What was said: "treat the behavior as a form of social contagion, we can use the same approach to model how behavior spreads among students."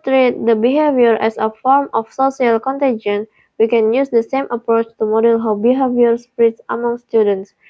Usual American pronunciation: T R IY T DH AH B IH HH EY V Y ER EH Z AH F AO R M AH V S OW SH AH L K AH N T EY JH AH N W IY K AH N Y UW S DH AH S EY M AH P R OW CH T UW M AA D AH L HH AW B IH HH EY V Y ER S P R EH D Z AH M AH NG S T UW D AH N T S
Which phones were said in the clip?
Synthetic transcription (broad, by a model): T R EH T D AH B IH HH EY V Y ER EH S AH F AO R M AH F S OW S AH L K AH N T EY JH AH N W IY K AH N Y UW S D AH S EY M AH P R OW CH T UW M AA D AH L HH AW B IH HH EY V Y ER S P R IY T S AH M AH NG S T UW D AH N T S